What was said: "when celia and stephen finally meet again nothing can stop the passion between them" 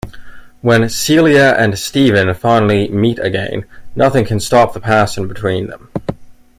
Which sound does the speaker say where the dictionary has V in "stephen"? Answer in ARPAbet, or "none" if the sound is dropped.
V